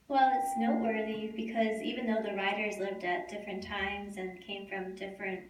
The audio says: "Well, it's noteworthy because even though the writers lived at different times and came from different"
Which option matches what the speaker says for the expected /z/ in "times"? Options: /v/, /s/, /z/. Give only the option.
/z/